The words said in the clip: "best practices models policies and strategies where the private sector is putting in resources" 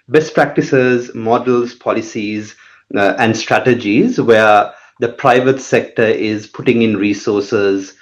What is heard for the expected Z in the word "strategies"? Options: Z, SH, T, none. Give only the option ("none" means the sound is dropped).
Z